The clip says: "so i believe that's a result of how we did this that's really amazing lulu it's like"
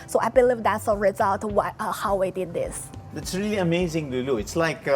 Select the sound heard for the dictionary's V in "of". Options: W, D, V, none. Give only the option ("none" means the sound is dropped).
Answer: W